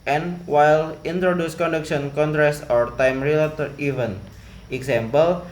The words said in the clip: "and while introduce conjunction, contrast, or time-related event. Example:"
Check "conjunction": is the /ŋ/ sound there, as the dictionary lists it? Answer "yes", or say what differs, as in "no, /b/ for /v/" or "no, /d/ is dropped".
no, /ŋ/ is dropped